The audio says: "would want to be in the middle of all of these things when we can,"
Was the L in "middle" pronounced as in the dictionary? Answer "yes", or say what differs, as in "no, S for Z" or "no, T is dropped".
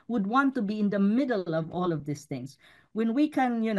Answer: yes